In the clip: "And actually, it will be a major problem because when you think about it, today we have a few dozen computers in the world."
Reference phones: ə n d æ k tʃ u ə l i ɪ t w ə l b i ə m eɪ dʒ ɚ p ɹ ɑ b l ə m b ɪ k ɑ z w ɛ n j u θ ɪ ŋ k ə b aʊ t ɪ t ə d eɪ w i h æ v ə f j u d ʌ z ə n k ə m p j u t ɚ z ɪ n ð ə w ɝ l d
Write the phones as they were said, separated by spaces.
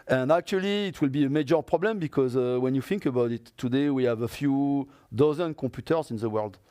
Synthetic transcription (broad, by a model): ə n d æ k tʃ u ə l i t w ə l b i ə m eɪ dʒ ɚ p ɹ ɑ b l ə m b ɪ k ɑ z w ɛ n j u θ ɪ ŋ k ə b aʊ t ɪ t ə d eɪ w i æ v ə f j u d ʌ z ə n k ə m p j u t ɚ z ɪ n ð ə w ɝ l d